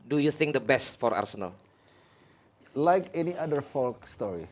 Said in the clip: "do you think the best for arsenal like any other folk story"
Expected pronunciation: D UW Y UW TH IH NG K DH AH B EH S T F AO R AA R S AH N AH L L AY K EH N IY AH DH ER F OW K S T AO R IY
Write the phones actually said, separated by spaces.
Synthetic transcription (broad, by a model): D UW Y UW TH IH NG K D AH B EH S T F AO R AA R S AH N AH L L AY K EH N IY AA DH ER F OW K S T AO R IY